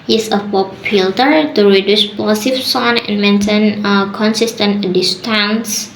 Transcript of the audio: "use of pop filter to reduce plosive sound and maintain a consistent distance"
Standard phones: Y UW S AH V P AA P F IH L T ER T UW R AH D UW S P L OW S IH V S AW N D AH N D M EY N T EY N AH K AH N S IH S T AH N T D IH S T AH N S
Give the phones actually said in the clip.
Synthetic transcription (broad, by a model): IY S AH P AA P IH L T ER T UW R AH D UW S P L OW S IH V S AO N AH N M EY N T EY N AH K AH N S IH S T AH N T D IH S T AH N S